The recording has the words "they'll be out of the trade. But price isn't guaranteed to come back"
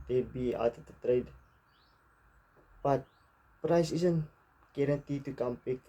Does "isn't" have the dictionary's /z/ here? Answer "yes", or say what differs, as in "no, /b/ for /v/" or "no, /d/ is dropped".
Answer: no, /s/ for /z/